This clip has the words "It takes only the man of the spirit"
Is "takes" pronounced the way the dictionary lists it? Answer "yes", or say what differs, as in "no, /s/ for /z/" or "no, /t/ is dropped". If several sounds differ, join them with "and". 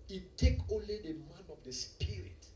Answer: no, /s/ is dropped